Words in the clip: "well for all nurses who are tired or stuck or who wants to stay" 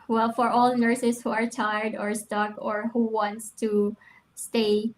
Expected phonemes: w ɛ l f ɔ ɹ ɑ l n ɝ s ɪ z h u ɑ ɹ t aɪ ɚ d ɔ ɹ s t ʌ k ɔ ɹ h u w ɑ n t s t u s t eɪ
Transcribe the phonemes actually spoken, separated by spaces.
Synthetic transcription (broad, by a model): w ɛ l f ɔ ɹ ɑ l n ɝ s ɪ s h u ɑ ɹ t aɪ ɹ d ɔ ɹ s t ʌ k ɔ ɹ h u w ɑ n t s t u s t eɪ